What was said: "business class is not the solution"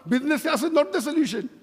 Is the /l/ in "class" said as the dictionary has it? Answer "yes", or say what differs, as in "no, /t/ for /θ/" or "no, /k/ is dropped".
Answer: no, /l/ is dropped